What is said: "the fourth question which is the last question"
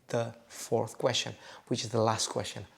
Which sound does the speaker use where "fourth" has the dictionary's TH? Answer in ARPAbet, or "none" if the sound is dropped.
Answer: TH